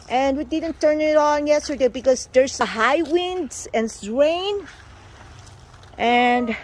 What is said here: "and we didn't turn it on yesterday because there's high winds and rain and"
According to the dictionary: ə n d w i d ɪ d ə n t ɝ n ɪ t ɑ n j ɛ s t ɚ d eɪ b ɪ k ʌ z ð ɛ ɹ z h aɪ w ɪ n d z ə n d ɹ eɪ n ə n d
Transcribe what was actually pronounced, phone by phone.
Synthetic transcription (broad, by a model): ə n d w i d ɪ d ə n t ɝ n ɪ t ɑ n j ɛ s t ɚ d eɪ b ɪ k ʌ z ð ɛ ɹ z h aɪ w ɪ n d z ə n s ɹ eɪ n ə n d